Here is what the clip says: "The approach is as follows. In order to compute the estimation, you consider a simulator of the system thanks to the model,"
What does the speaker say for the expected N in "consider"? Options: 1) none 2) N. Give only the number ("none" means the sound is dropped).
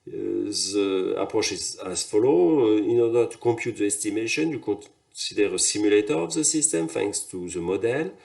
1